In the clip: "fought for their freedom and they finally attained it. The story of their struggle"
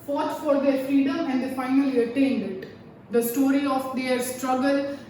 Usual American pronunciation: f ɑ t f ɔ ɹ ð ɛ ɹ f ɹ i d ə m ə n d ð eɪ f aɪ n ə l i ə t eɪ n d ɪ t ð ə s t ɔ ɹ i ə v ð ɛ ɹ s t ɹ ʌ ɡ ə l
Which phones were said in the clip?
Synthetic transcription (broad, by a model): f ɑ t f ɔ ɹ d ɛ ɹ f i d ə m ə n d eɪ f aɪ n ə l i ə t eɪ n d ɪ t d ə s t ɔ ɹ i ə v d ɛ ɹ s t ɹ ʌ ɡ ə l